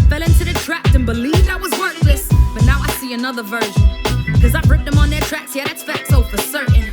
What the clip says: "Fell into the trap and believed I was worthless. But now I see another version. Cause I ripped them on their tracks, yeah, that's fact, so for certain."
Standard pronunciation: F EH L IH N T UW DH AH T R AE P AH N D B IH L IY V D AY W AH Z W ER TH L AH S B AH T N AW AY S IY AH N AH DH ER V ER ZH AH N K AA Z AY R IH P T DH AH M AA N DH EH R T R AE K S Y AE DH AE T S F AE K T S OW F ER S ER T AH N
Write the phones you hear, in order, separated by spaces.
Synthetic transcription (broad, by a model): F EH L IH N T UW DH AH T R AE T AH N B IH L IY V D AY W AH Z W ER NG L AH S B AH T N AW AY S IY AH N AH DH ER V ER ZH AH N K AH Z AY R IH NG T DH AH M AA N DH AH R T R AE K S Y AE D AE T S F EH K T S OW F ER S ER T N